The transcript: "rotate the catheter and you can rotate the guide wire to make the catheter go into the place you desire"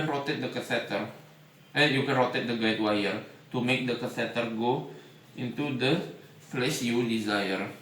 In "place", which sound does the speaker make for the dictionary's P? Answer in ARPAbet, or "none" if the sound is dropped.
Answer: F